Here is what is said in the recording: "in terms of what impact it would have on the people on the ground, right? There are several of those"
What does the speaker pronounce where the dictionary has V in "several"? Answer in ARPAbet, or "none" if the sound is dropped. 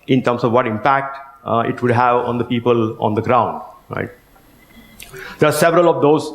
V